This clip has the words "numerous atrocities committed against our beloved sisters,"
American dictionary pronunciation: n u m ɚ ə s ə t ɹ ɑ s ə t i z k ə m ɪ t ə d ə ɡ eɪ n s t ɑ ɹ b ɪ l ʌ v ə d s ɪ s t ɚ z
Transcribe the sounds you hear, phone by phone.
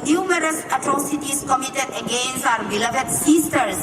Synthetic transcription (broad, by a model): n u m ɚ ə s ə t ɹ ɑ s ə t i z k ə m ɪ t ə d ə ɡ eɪ n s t ɑ ɹ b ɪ l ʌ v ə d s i s t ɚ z